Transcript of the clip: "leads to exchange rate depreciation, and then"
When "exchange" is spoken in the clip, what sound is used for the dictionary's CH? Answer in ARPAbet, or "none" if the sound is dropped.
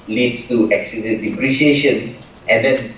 none